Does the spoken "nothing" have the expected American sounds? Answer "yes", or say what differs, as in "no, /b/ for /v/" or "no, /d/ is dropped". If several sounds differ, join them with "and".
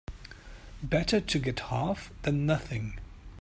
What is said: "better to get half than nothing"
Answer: yes